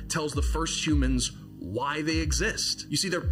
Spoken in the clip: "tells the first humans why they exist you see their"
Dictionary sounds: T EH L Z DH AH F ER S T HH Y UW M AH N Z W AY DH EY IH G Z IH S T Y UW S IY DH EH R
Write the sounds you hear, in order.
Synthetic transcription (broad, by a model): T EH L Z DH AH F ER S T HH Y UW M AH N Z W AY DH EY IH G Z IH S T Y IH S IY DH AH R